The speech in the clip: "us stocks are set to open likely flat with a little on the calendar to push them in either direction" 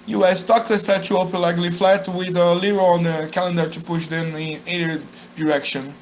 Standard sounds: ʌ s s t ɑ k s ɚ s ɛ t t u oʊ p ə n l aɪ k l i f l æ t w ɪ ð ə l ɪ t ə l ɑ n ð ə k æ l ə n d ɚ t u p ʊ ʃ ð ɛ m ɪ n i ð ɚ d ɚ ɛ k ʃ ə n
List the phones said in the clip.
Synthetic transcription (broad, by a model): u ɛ s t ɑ k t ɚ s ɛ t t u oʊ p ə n l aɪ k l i f l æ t w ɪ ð ə l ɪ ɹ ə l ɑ n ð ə k æ l ə n d ɚ t u p ʊ ʃ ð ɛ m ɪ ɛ ɚ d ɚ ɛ k ʃ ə n